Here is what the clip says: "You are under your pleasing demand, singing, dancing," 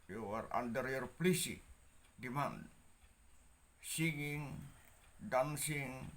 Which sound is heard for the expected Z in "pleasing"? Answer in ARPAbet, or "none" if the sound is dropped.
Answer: S